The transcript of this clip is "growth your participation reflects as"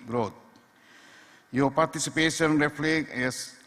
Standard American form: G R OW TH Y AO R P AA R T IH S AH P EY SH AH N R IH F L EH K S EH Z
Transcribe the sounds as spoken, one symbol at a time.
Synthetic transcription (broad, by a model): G R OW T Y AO P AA R T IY S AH P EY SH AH N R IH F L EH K EH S